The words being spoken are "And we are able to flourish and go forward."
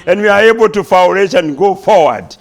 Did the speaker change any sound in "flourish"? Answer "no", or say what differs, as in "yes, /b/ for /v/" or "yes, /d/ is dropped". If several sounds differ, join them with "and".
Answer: yes, /w/ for /l/